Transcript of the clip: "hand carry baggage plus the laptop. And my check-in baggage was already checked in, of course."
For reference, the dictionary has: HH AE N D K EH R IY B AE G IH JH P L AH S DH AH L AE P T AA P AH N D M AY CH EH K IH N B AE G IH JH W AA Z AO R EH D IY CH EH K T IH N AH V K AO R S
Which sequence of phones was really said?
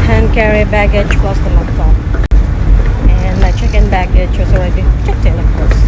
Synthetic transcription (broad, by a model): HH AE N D K EH R IY B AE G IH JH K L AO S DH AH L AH T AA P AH N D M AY CH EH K IH N B AE G IH JH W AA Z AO W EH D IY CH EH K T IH L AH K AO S